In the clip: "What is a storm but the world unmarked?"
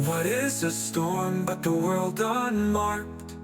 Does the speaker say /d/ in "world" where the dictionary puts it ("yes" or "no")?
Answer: yes